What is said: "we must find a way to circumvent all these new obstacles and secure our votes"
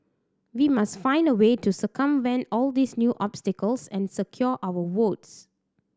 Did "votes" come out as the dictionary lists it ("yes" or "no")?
no